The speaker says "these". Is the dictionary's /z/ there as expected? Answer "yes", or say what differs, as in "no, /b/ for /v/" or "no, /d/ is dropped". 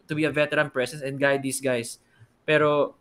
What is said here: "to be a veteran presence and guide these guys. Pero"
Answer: no, /s/ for /z/